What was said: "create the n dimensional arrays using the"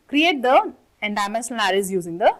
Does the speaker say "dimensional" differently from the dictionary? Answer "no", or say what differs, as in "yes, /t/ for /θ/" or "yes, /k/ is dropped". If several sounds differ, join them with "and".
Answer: yes, /s/ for /ʃ/